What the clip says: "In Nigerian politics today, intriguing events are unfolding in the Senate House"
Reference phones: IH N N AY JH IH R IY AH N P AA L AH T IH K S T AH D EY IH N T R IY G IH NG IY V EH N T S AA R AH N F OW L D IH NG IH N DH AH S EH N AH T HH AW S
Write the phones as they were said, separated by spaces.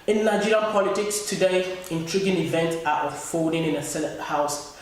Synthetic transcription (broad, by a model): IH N N AY JH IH R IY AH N P AA L AH T IH K S T AH D EY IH N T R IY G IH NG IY V EH N T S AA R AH F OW D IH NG IH N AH S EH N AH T HH AW S